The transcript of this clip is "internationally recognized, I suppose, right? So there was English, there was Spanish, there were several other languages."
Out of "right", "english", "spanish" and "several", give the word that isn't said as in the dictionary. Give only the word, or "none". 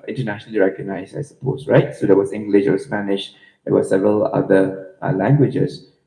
none